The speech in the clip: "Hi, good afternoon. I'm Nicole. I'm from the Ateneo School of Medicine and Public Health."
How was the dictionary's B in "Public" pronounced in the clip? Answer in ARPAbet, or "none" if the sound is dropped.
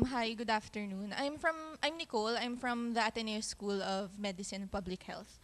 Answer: B